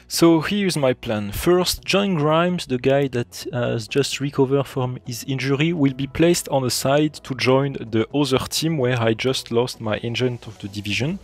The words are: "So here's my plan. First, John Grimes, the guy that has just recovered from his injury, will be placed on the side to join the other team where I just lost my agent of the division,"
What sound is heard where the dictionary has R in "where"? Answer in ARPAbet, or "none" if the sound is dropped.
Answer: R